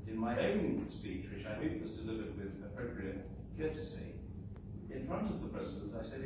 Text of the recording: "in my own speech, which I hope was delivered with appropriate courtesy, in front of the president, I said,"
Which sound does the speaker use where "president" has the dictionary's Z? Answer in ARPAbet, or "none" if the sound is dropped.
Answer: Z